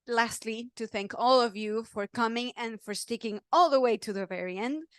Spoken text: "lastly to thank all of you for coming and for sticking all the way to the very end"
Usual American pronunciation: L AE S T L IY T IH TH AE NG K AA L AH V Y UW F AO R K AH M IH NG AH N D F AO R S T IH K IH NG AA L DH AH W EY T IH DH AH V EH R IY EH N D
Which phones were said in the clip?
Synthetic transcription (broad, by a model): L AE S T L IY T IH TH AE NG K AA L AH V Y UW F AO R K AH M IH NG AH N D F AO R S T IH K IH NG AA L DH AH W EY T IH DH AH V EH R IY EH N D